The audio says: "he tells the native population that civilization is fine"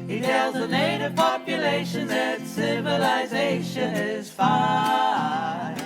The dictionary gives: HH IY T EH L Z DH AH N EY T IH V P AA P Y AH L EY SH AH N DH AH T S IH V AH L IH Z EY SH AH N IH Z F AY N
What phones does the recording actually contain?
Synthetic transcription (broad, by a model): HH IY T EH L Z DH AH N EY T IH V P AA P Y AH L EY SH AH N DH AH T S IH V AH L IH Z EY SH AH N IH Z F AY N